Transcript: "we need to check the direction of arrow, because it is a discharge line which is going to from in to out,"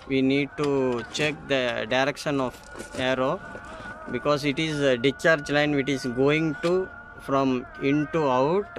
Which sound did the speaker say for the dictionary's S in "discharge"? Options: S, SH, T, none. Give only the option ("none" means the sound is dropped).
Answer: none